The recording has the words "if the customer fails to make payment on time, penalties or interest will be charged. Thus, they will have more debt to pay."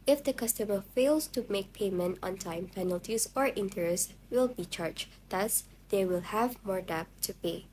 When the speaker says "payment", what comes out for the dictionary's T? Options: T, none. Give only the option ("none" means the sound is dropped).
T